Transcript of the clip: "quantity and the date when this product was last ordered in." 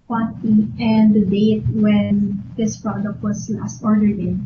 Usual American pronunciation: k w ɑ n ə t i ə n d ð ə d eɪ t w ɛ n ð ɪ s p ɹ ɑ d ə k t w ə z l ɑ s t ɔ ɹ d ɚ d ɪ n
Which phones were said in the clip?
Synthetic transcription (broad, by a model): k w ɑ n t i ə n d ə d eɪ t w ɛ n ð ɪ s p ɹ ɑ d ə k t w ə s l ɑ s t ɔ ɹ d ɚ d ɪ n